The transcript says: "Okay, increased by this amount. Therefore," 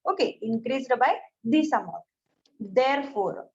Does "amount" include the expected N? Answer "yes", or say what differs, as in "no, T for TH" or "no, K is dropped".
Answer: no, N is dropped